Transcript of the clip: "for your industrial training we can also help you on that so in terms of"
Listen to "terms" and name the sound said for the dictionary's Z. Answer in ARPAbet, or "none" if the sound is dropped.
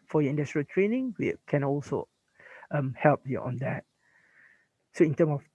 none